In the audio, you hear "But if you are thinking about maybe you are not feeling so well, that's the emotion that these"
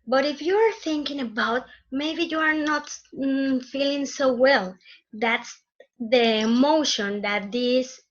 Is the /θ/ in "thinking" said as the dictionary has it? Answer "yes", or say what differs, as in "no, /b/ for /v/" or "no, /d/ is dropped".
yes